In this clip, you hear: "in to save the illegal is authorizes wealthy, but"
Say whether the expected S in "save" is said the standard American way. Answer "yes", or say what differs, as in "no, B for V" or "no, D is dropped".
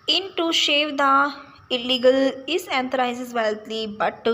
no, SH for S